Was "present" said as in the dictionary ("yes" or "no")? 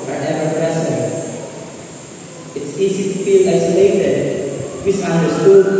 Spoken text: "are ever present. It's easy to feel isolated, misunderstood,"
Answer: no